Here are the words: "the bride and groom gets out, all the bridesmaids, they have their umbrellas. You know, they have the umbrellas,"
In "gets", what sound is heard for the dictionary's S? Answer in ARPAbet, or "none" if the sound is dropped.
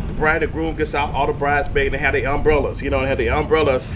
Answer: S